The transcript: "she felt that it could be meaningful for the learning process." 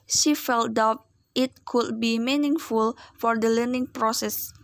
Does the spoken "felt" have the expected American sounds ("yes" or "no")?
yes